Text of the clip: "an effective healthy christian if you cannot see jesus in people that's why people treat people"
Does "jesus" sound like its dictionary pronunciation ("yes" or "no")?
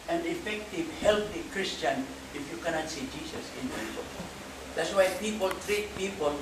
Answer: no